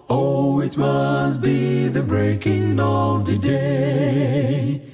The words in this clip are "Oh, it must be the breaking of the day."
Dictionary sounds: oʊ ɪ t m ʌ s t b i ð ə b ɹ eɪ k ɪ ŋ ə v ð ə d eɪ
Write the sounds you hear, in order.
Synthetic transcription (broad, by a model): oʊ ɪ t m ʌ s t b i ð ə b ɹ eɪ k ɪ ŋ ə v ð ə d eɪ